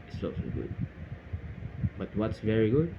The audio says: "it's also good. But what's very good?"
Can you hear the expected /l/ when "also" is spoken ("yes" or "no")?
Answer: no